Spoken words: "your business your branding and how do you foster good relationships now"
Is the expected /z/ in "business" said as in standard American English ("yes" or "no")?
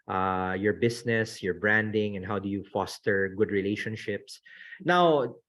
no